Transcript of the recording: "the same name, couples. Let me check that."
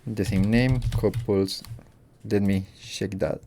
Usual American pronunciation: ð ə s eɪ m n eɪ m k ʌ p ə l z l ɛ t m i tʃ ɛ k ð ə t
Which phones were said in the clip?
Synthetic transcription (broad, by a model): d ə s eɪ m n eɪ m k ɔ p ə l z l ɛ t m i ʃ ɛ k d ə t